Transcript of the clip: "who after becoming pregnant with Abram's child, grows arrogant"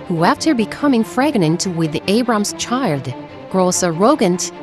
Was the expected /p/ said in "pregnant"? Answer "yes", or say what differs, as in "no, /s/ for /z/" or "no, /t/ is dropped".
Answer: no, /f/ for /p/